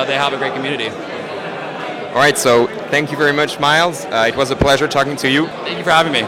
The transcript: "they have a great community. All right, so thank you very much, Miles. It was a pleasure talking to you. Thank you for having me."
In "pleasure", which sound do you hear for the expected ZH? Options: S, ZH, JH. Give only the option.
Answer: ZH